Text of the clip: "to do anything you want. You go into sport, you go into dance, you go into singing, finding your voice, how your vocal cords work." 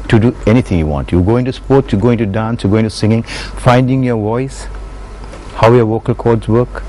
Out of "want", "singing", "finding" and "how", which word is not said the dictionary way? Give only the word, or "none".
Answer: none